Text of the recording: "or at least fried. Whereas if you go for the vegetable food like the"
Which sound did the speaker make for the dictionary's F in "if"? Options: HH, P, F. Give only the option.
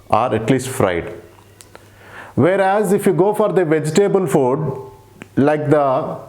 F